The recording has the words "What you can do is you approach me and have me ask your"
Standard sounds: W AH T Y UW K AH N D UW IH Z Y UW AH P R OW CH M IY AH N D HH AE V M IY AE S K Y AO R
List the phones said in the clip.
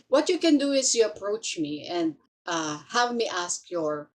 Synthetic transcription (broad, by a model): W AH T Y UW K AH N D UW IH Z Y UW AH P R OW CH M IY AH N D HH AE V M IY AE S K Y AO R